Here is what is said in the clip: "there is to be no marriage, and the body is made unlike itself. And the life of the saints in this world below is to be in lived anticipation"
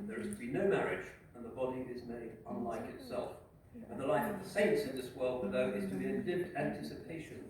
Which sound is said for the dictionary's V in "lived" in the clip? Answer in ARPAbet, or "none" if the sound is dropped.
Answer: none